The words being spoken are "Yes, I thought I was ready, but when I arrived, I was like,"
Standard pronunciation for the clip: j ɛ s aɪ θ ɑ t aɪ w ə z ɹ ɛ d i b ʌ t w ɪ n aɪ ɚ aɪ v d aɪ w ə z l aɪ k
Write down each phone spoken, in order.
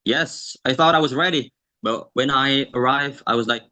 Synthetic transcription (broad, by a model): j ɛ s aɪ θ ɑ t aɪ w ə z ɹ ɛ d i b ʌ t w ɪ n aɪ ɚ aɪ v d aɪ w ə z l aɪ k